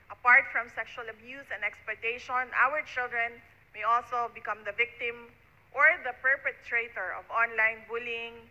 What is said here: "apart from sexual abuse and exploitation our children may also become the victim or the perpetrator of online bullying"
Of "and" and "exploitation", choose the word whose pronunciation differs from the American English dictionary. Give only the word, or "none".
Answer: exploitation